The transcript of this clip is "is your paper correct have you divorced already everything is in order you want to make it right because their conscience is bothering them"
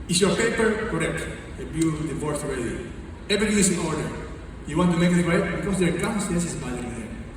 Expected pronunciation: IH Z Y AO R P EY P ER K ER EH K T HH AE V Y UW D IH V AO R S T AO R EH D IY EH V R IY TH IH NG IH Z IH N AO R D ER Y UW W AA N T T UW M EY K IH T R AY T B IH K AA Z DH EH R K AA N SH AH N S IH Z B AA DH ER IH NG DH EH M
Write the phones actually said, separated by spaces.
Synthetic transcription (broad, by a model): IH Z Y AO R P EY P ER K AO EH K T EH B Y UW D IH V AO R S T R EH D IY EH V R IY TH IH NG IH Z IH N AO R D ER Y UW W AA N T T UW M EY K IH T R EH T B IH K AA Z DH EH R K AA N S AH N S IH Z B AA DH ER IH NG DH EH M